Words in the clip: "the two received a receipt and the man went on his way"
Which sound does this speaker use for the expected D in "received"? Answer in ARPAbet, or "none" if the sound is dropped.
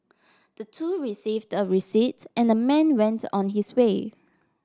D